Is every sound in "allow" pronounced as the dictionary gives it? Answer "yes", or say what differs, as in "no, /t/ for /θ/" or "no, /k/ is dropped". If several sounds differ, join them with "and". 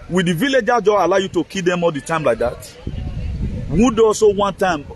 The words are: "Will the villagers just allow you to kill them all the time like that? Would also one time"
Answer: yes